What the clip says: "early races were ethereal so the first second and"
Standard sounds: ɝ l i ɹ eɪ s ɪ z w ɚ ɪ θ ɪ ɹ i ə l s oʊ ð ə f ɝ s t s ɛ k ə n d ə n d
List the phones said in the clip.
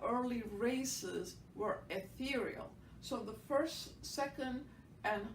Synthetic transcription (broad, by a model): ɝ l i ɹ eɪ s ɪ z w ɚ ɪ θ ɪ ɹ i ə l s oʊ ð ə f ɝ s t s ɛ k ə n d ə n